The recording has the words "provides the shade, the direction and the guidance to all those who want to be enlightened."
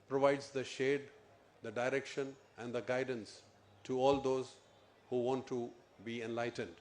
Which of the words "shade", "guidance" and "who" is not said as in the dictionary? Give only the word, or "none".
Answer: none